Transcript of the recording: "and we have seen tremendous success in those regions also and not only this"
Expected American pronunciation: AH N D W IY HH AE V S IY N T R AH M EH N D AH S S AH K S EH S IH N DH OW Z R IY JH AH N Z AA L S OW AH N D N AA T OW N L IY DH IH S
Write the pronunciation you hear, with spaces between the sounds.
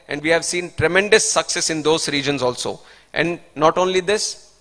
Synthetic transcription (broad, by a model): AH N D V IY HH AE V S IY N T R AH M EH N D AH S S AH K S EH S IH N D OW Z R IY JH AH N Z AA L S OW AH N D N AA T OW N L IY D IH S